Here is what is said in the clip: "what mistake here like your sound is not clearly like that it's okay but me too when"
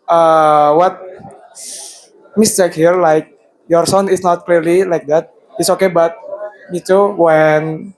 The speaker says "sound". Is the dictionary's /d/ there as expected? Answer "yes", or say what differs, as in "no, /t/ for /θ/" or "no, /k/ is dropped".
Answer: no, /d/ is dropped